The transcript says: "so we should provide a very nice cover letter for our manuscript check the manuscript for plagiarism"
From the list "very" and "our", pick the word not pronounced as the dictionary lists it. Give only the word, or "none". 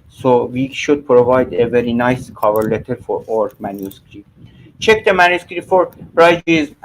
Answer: none